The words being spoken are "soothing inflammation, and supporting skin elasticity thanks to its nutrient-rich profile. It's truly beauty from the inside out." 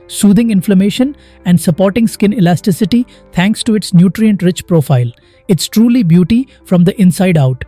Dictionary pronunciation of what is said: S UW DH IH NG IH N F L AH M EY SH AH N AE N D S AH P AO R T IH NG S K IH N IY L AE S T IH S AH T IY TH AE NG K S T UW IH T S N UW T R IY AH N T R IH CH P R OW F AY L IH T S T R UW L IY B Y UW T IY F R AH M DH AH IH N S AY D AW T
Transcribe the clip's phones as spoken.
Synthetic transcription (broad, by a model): S UW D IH NG IH N F L AH M EY SH AH N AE N D S AH P AO R T IH NG S K IH N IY L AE S T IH S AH T IY T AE NG K S T UW IH T S N UW T R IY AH N T R IH CH P R OW F AY L IH T S T R UW L IY B Y UW T IY F R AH M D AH IH N S AY D AW T